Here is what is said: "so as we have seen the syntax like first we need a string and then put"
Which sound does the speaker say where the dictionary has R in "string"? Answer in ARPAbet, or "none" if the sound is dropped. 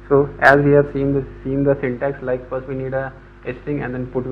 none